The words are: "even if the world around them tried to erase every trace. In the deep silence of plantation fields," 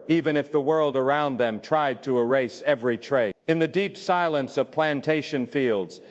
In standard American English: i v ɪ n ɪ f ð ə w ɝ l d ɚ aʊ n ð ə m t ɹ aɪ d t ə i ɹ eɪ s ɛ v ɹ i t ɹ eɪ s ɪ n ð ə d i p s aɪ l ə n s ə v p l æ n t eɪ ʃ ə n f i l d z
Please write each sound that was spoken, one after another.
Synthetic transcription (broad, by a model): i v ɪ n ɪ f ð ə w ɝ l d ɚ aʊ n ð ə m t ɹ aɪ d t ə i ɹ eɪ s ɛ v ɹ i t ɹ eɪ ɪ n ð ə d i p s aɪ l ə n s ə v p l æ n t eɪ ʃ ə n f i l d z